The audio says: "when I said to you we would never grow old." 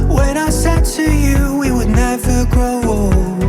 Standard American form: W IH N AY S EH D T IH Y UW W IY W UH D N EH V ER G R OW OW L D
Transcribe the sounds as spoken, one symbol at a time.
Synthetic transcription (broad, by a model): W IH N AY S EH D T IH Y UW W IY W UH D N EH V ER G OW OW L